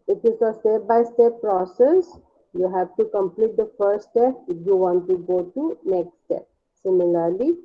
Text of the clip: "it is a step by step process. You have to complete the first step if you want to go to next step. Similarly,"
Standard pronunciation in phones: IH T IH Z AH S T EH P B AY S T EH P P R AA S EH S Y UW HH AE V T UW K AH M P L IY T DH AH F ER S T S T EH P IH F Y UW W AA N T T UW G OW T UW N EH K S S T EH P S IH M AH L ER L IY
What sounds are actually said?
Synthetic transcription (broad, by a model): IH T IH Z AH S T EH P B AY S T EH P P R AA S EH S Y UW HH AE V T UW K AH M P L IY T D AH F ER T S T EH P IH F Y UW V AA N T T UW G OW T UW N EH K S S T EH P S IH M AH L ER L IY